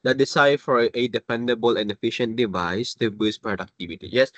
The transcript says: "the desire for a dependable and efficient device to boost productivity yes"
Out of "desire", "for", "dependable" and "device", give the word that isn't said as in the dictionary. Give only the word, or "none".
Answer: desire